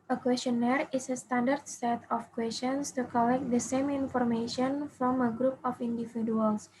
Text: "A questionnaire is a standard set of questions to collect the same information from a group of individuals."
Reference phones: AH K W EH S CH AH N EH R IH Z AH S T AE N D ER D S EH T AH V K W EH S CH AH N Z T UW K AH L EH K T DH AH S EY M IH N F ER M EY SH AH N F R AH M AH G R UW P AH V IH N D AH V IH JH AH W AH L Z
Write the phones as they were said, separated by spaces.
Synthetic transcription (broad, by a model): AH K W EH S CH AH N EH R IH S AH S T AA N D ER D S EH T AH F K W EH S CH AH N S T UW K AH L EH K T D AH S EY M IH N F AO M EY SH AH N F R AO M AH G R UW P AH F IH N D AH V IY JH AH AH L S